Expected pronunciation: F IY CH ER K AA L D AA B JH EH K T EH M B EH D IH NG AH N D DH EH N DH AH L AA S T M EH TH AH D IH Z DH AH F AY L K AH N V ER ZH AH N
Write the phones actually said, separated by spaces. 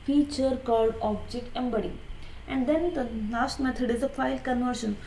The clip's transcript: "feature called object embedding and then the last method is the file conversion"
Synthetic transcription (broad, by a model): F IY CH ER K AA L D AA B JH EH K EH M B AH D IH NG AH N D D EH N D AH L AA S T M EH T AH D IH Z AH F AY L K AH N V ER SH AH N